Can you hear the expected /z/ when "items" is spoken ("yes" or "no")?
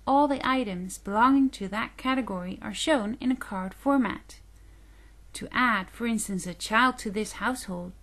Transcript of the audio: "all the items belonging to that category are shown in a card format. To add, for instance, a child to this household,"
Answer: yes